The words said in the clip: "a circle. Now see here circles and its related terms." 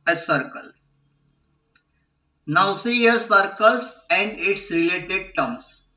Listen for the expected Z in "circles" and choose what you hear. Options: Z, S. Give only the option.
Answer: S